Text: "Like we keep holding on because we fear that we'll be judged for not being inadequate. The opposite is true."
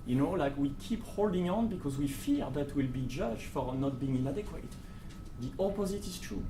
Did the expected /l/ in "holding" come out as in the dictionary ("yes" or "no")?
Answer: yes